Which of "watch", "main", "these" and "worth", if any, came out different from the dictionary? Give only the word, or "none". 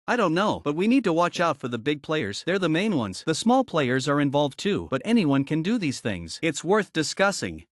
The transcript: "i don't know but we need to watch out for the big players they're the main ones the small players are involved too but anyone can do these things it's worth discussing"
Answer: none